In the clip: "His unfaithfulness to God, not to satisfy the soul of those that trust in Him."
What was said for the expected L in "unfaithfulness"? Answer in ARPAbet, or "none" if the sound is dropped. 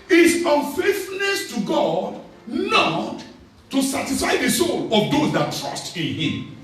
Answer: none